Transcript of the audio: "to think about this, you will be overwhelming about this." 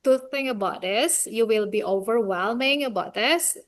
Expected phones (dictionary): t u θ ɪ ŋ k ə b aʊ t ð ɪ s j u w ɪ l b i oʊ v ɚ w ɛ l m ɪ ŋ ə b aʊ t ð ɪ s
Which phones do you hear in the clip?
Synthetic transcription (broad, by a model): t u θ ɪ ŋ ə b aʊ t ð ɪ s j u w ɪ l b i oʊ v ɚ w ɛ l m ɪ ŋ ə b aʊ t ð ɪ s